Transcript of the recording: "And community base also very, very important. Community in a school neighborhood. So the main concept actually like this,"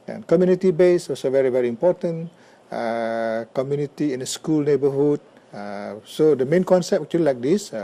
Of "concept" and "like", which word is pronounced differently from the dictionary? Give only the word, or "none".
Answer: concept